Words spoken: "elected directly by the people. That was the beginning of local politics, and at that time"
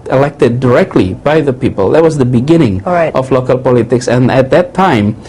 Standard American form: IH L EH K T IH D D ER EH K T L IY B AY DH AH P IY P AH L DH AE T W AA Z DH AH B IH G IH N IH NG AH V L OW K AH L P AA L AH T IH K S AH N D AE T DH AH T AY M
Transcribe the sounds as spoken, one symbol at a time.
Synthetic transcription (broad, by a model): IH L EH K T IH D D ER EH K T L IY B AY DH AH P IY P AH L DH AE T W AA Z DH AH B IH G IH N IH NG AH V L OW K AH L P AA L AH T IH K S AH N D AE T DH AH T AY M